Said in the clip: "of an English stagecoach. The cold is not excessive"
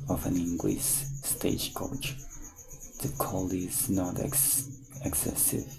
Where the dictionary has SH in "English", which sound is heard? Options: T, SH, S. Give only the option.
S